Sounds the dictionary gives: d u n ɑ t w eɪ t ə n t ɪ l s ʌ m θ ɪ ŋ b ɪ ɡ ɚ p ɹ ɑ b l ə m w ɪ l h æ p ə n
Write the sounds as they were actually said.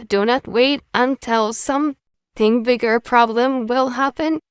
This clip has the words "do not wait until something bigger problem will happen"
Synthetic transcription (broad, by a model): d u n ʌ t w eɪ t ə n t ɪ l s ʌ m θ ɪ ŋ b ɪ ɡ ɚ p ɹ ɑ b l ə m w ɪ l h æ p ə n